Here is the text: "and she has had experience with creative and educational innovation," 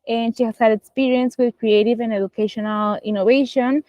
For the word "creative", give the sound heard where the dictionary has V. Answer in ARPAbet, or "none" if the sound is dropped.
V